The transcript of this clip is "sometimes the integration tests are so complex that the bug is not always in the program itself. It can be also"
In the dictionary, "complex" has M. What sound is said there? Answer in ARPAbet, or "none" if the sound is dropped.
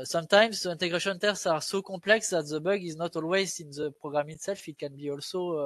none